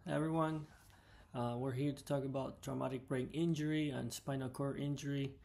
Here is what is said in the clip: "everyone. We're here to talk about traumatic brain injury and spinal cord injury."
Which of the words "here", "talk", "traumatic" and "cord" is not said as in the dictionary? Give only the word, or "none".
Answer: cord